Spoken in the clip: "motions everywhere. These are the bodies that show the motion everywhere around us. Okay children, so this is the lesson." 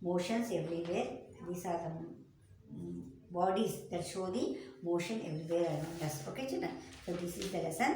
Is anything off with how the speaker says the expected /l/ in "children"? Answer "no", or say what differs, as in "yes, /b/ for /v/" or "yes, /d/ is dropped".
yes, /l/ is dropped